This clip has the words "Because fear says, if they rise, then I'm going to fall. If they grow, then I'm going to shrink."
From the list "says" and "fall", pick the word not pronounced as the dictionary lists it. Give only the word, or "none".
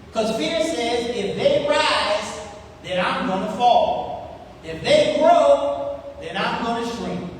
none